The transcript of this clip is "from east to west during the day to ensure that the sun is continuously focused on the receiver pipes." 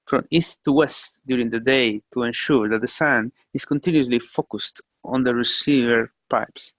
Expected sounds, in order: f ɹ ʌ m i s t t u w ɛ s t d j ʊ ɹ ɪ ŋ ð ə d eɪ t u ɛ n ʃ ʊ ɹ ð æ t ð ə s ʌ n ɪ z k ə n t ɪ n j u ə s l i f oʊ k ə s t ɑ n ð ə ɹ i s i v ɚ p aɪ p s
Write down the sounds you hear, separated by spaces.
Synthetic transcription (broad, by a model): f ɹ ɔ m i s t t u w ɛ s t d j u ɹ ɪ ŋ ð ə d eɪ t u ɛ n ʃ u ɹ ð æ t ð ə s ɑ n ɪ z k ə n t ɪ n j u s l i f oʊ k ə s t ɑ n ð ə ɹ i s i v ɚ p aɪ p s